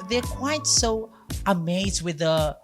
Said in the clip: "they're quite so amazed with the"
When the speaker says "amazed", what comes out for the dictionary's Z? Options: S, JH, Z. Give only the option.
Z